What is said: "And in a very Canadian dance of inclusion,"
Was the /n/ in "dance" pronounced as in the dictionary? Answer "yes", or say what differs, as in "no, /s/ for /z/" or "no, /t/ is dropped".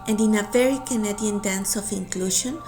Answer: yes